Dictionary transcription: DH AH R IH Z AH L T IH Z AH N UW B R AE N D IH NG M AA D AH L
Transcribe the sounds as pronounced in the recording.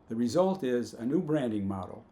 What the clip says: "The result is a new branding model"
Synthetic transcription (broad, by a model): DH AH R IH Z AH L T IH Z AH N UW B R AE N D IH NG M AA D L